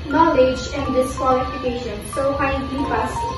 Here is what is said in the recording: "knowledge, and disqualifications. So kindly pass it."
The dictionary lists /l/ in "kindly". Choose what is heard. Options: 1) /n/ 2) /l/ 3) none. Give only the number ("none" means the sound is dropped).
3